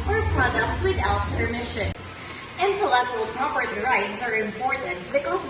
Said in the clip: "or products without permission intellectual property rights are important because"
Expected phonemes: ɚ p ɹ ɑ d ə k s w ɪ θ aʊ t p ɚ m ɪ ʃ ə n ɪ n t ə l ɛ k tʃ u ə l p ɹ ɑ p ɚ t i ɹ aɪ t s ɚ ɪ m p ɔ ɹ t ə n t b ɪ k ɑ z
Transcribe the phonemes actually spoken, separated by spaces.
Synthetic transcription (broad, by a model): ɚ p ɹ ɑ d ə s w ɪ t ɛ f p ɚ m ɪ ʃ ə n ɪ n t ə l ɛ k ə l p ɹ ɑ p ɚ t i ɹ aɪ t s ɚ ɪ m p ɔ ɹ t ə n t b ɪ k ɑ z